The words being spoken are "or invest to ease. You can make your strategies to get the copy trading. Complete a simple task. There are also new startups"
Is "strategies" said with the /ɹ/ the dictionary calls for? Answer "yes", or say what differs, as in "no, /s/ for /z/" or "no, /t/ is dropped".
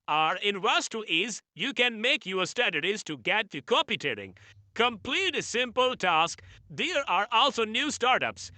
no, /ɹ/ is dropped